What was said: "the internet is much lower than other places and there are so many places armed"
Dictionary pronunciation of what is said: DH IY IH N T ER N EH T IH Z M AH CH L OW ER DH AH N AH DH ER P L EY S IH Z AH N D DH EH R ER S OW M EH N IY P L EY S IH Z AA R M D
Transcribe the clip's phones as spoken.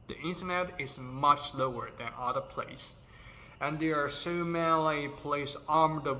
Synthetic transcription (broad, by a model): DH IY IH N T ER N EH T IH Z M AH CH L OW ER DH AH N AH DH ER P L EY IH S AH N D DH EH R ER S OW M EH L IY P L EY IH S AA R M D